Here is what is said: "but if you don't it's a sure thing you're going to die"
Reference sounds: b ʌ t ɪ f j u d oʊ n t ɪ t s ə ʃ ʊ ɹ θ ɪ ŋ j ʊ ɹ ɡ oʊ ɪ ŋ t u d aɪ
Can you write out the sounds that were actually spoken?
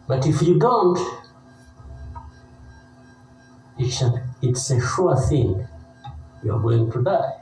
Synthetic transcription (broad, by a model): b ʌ t ɪ f j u d oʊ n t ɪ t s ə s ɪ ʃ θ ɪ ŋ j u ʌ ɡ oʊ ɪ ŋ t u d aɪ